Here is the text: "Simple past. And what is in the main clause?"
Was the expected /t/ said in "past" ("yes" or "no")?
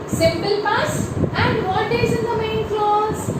no